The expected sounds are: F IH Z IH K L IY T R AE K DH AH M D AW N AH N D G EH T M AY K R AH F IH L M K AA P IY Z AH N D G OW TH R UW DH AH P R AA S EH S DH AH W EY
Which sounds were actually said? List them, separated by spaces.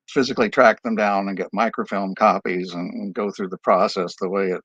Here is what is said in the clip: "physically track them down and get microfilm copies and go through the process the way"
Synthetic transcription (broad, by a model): F IH Z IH K L IY T R AE K DH AH M D AW N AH N G EH T M AY K R AH F IH L M K AA P IY Z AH N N G OW TH R UW DH AH P R AA S EH S DH AH W EY